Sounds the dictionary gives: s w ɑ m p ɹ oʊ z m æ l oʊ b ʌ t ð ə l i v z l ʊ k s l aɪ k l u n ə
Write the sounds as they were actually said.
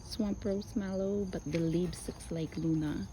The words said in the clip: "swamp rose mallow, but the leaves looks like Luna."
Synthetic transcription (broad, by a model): s w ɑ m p ɹ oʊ s m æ l oʊ b ʌ t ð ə l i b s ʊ k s l aɪ k l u n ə